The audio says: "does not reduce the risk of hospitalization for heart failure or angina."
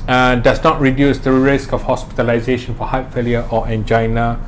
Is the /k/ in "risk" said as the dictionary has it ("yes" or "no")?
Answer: yes